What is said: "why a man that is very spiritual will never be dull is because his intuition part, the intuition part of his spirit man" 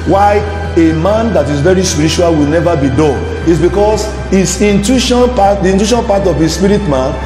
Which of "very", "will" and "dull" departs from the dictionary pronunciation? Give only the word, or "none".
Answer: dull